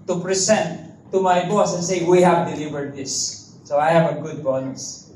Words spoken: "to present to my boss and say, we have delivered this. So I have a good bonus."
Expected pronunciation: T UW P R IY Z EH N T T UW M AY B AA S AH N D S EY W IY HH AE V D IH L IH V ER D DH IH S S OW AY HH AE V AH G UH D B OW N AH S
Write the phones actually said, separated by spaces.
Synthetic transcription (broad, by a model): T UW P R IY S EH N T T UW M AY B AA S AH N S EY W IY HH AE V D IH L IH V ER D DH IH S S OW AY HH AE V AH G UH D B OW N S